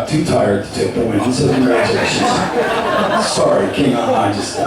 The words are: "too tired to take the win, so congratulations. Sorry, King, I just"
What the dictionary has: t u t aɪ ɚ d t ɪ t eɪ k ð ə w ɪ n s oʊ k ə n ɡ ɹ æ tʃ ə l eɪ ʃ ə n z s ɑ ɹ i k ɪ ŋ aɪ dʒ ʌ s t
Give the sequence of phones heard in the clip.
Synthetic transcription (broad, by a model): t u t aɪ ɚ d t ɪ t eɪ k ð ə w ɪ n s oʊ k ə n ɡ ɹ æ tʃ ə eɪ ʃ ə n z s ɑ ɹ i k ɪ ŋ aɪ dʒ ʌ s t